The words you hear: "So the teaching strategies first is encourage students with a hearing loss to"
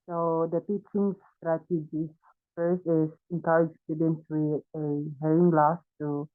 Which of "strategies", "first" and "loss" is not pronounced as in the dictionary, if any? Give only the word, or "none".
strategies